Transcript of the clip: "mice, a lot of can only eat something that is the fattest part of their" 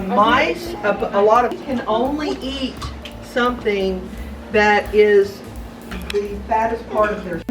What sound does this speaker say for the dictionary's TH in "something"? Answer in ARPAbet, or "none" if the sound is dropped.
TH